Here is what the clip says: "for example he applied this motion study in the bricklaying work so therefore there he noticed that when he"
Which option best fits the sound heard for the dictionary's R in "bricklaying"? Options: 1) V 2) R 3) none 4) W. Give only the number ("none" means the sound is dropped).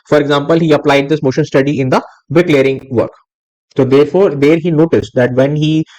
3